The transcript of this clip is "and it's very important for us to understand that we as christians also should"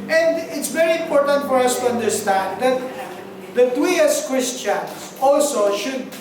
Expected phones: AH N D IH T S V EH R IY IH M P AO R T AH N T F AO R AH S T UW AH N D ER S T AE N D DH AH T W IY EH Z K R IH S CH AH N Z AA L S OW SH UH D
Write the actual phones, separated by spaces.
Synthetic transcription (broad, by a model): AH N D IH T S V EH R IY IH M P AO R T AH N T F AO R AH S T UW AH N D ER S T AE N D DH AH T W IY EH S K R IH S CH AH N AA L S OW SH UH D